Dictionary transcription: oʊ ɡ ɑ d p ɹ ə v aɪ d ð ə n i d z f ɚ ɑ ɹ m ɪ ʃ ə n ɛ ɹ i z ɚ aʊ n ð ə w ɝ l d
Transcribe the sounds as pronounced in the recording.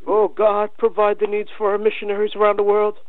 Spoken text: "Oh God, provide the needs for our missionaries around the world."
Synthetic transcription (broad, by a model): oʊ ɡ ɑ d p ɹ ə v aɪ d ð ə n i d z f ɚ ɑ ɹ m ɪ ʃ ə n ɛ ɹ i z ɚ aʊ n ð ə w ɝ l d